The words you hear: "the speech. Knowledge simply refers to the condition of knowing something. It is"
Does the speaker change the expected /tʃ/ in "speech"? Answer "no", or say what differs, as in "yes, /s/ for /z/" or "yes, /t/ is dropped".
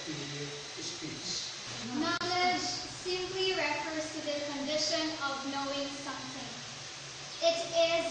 yes, /s/ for /tʃ/